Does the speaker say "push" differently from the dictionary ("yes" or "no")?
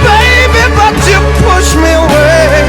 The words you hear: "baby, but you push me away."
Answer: no